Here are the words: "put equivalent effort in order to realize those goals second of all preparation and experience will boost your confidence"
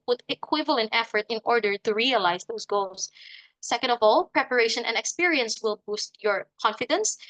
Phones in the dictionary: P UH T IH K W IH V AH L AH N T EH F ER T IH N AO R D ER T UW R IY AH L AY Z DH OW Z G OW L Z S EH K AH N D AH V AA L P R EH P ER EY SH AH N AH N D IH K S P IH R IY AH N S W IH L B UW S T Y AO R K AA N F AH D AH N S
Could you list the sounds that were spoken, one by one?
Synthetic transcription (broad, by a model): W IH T IH K W IH V AH L AH N T EH F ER T IH N AO R D ER T UW R IY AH L AY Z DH OW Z G OW L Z S EH K AH N D AH V AA L P R EH P ER EY SH AH N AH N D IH K S P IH R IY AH N S W IH L B UW S T Y AO R K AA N F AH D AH N S